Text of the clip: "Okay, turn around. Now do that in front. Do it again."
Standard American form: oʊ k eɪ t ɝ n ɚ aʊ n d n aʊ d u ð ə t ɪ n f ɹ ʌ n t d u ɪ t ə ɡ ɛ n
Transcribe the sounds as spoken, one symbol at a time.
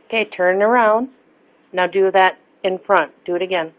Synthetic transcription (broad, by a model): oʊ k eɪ t ɝ n ɚ aʊ n d n aʊ d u ð ə t ɪ n f ɹ ʌ n t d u ɪ t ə ɡ ɛ n